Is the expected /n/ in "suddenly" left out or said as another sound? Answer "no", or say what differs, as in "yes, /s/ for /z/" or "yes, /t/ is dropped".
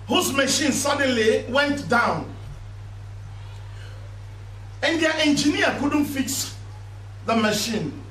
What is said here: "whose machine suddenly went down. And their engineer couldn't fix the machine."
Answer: no